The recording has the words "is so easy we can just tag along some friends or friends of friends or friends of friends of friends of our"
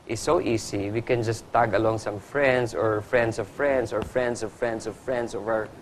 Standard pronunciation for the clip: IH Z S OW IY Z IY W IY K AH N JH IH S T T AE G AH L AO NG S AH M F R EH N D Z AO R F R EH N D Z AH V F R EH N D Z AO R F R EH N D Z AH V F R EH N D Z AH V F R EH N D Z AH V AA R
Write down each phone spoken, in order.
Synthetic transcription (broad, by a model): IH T S OW IY S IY W IY K AH N JH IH S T T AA G AH L AO NG S AH M F R EH N D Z AO R F R EH N D S AH V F R EH N D S AO R F R EH N D S AH V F R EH N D S AH V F R EH N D S AH V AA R